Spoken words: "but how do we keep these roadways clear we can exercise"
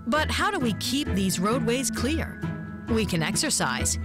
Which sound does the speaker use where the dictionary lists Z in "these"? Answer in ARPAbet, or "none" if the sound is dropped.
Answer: Z